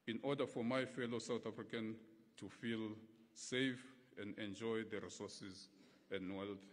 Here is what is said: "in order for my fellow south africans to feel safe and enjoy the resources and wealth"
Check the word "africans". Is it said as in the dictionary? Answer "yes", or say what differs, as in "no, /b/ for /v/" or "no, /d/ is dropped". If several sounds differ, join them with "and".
no, /z/ is dropped